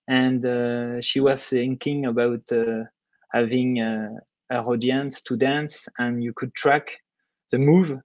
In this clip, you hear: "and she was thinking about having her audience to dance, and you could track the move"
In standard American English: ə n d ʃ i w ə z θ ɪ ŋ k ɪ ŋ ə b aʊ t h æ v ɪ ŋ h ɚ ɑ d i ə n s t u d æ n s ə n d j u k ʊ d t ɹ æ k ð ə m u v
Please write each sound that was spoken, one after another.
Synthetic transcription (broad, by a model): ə n d ʃ i w ə z θ ɪ ŋ k ɪ ŋ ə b aʊ t h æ v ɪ ŋ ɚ ɑ d i ə n s t u d æ n s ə n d j u k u d t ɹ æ k ð ə m u v